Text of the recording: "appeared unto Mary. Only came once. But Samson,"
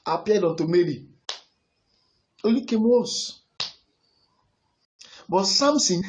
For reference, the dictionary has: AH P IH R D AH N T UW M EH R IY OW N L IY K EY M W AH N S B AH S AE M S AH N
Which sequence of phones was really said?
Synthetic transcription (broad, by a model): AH P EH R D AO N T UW M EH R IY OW L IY K EY M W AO S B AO S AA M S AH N